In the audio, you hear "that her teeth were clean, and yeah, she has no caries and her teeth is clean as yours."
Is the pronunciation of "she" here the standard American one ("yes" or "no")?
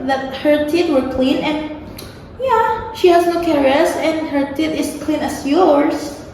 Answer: yes